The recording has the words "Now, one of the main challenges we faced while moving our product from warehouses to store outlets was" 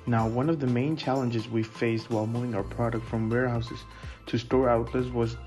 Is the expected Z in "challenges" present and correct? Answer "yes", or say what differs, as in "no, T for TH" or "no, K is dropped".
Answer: yes